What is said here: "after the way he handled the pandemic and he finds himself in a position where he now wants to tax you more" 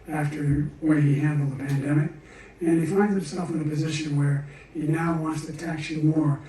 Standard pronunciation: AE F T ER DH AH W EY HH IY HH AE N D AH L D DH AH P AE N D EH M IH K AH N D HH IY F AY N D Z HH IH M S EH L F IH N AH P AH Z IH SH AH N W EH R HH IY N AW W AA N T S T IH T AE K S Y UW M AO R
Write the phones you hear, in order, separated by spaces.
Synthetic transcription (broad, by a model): AE F T ER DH W EY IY HH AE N D L DH AH P AE N D EH M IH K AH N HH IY F AY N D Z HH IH M S EH L F IH N AH P AH Z IH SH AH N W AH R HH IY N AW W AA N T S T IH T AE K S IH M AO R